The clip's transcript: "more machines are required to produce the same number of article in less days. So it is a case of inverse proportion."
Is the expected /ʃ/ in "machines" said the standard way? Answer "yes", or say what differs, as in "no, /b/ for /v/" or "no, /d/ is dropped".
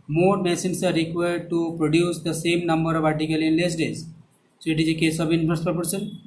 no, /s/ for /ʃ/